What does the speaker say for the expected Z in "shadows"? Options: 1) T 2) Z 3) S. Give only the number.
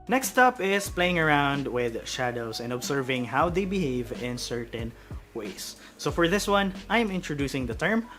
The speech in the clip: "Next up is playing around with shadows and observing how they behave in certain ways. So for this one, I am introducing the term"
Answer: 3